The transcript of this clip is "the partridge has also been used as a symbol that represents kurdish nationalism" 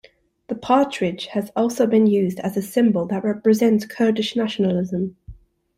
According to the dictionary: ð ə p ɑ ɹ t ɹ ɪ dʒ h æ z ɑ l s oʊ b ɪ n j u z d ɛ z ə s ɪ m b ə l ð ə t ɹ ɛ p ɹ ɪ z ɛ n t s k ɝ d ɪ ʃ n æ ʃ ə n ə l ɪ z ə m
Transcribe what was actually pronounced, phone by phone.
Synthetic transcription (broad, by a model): ð ə p ɑ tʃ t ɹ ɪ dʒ h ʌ z ɑ l s oʊ b ɪ n j u z d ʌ z ə s ɪ m b ə l ð ə t ɹ ɛ p ɹ ɪ z ɛ n t s k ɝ d ɪ ʃ n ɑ ʃ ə n ə l ɪ z ə m